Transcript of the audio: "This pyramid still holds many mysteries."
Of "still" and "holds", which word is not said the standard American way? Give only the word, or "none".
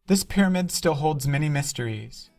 none